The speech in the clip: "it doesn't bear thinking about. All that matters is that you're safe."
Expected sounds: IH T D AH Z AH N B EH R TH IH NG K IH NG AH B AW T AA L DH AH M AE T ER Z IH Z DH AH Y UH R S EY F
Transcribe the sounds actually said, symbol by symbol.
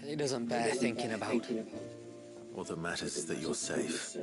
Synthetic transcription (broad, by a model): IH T D AH Z AH N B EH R TH IH NG K IH NG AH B AW T AA L DH AH M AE T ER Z IH Z DH AH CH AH R S EY F